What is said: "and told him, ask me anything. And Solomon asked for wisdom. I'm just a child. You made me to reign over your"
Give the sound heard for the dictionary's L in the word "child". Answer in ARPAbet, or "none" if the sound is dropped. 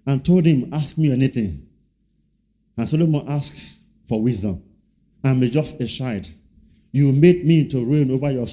none